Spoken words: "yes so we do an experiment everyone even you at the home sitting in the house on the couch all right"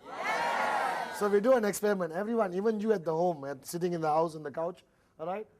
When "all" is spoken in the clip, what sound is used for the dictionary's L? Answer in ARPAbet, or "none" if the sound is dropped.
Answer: L